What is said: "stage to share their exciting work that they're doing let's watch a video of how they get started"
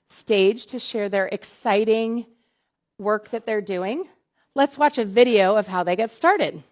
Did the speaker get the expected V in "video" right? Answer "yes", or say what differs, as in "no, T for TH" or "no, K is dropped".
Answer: yes